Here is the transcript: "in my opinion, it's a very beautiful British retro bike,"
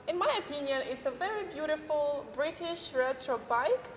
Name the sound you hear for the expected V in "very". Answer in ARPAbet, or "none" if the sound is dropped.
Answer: V